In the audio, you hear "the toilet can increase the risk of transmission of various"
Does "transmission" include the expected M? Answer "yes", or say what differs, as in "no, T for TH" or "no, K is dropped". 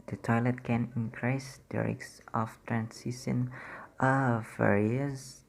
no, M is dropped